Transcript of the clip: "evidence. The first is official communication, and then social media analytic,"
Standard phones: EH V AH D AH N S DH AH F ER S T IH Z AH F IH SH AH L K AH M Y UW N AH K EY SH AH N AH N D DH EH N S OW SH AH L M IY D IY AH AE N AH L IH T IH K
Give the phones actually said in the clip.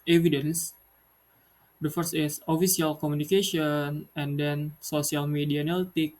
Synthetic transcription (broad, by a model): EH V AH D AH N S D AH F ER S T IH S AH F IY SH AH L K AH M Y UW N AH K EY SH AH N AH N D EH N S OW S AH L M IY D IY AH N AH L T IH K